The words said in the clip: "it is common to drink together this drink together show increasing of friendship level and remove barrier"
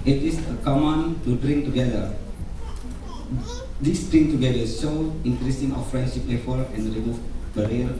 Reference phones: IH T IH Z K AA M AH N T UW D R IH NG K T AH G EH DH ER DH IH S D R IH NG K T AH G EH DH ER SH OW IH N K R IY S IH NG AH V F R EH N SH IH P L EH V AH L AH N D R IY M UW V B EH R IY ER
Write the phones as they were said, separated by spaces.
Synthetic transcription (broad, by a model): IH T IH S K AA M AH N T UW D R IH NG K T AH G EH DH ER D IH S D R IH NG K T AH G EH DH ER S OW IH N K R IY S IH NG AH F R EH N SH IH P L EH F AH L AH N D R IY M UW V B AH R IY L